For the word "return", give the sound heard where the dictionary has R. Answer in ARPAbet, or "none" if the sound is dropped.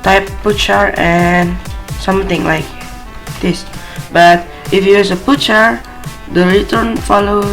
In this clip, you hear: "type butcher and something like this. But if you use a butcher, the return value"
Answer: R